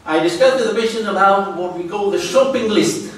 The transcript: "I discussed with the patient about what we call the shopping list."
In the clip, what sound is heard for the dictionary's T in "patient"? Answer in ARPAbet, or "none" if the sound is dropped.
none